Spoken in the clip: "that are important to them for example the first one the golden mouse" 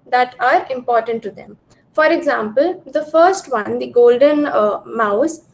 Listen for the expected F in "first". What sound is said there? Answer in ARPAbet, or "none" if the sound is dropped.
F